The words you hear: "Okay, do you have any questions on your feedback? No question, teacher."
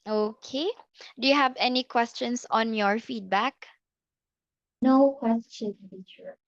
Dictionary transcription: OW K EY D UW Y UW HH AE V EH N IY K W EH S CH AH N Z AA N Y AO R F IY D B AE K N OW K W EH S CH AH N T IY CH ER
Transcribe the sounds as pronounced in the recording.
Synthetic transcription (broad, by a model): OW K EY D UW Y UW HH AE V EH N IY K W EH S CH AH N S AA N Y AO R F IY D B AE K N OW K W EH S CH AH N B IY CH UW